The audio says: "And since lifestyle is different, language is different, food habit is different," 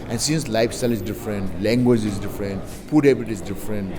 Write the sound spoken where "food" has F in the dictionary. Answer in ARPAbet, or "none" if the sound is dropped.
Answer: P